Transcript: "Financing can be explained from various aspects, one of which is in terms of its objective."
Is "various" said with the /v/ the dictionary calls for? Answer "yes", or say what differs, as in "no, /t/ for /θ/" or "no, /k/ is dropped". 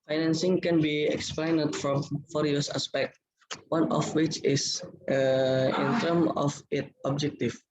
no, /f/ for /v/